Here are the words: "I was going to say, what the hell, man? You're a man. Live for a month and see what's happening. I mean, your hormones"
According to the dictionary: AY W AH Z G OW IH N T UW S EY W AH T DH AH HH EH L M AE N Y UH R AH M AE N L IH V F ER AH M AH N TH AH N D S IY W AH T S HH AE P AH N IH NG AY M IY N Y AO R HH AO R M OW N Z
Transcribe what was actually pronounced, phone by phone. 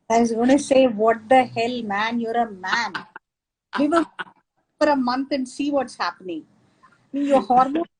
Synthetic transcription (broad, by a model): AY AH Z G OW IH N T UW S EY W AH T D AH HH EH L M AE N Y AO R AH M AE N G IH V F ER AH M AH N T AH N D S IY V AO T S HH AE P AH N IH NG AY M IY N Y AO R HH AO R M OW